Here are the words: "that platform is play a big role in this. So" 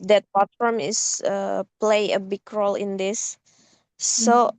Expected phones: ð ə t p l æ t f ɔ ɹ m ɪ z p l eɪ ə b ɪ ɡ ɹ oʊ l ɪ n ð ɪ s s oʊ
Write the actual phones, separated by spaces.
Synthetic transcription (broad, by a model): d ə t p ɑ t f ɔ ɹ m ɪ s p l eɪ ə b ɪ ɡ ɹ oʊ l ɪ n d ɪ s s oʊ